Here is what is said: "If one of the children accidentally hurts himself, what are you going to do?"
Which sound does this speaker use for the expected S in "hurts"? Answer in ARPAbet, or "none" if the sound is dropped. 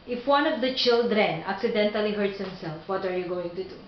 S